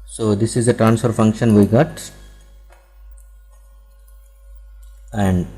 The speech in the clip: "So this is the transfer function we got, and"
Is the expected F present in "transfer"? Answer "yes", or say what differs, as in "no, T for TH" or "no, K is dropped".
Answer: yes